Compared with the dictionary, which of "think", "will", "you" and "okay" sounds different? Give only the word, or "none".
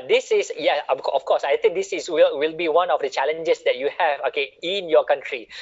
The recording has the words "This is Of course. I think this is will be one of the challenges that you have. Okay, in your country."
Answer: think